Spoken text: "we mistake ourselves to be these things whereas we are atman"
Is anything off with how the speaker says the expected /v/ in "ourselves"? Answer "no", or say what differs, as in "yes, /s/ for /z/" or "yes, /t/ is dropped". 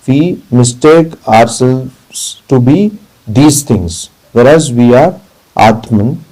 yes, /v/ is dropped